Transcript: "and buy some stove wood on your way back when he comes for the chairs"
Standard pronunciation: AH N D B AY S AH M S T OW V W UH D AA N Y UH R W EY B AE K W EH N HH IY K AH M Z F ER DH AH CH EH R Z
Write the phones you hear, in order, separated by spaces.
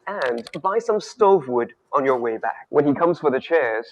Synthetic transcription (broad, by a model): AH N B AY S AH M S T OW V W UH D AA N Y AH R W EY B AE K W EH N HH IY K AH M Z F ER DH AH CH EH R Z